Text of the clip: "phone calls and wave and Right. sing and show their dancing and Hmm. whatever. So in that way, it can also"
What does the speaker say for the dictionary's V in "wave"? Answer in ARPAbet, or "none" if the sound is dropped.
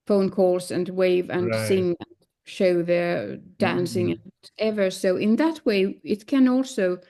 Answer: V